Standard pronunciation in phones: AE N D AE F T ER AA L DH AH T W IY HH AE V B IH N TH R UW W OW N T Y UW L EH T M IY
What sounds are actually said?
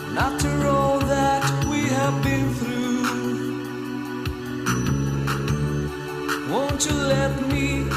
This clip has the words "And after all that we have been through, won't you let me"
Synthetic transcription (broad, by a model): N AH T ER AA L DH AH T W IY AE V B IH N TH R UW W OW N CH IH L EH T M IY